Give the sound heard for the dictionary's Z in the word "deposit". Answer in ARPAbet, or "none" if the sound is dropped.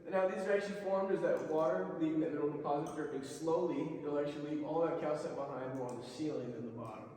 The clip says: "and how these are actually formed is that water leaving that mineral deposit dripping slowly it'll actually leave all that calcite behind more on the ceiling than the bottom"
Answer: Z